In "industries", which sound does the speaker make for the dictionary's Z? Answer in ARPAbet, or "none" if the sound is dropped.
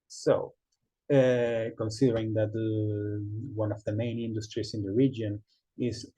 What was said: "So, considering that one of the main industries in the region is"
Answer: S